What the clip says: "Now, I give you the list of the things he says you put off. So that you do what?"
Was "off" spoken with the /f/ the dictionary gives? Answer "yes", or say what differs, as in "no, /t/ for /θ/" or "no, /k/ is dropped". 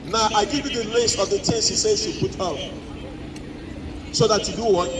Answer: no, /p/ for /f/